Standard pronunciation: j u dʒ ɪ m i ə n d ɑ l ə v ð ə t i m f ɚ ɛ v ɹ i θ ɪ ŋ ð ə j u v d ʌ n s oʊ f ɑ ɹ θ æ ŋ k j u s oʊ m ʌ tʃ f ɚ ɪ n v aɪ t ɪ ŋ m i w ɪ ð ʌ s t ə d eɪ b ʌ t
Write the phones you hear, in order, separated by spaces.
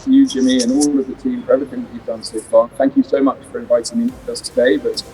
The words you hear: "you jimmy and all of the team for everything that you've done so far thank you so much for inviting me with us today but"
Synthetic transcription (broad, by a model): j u dʒ ɪ m i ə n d ɑ l ə v ð ə t i m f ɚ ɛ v i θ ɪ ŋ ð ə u v d ʌ n s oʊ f ɑ θ æ ŋ k j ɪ s oʊ m ʌ tʃ f ɚ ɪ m v aɪ t ɪ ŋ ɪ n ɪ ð ʌ s t ə d eɪ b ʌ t